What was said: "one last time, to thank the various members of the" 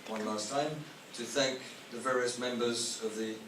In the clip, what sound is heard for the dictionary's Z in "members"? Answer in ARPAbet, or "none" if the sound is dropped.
Z